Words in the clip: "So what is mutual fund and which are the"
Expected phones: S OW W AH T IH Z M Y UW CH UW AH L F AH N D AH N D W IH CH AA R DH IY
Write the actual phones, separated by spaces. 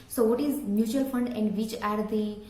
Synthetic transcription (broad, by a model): S OW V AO T IH Z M Y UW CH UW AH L F AH N D AH N D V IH CH AA R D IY